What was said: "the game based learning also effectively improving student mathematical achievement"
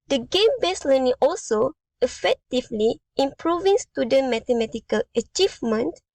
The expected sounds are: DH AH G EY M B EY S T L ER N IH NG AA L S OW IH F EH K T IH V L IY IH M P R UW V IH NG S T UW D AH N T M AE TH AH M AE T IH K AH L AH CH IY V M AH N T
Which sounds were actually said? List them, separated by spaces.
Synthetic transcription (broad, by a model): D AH G EY M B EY S L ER N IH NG AA L S OW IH F EH K T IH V L IY IH M P R UW V IH NG S T UW D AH N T M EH T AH M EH T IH K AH L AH CH IY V M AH N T